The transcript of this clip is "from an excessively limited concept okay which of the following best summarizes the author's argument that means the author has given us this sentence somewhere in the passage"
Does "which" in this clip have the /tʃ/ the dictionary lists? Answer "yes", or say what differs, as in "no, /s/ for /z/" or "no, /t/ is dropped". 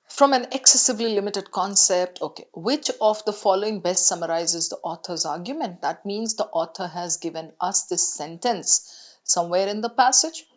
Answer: yes